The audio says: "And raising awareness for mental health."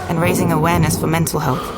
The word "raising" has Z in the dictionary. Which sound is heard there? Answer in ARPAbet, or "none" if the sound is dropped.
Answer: Z